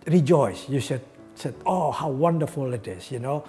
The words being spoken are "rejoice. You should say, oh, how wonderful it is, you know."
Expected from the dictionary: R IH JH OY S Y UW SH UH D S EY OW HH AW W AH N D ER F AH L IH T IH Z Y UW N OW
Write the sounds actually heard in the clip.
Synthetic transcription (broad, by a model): R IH JH OY S Y UW S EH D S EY OW HH AW W AH N D ER F AH L IH T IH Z Y UW N OW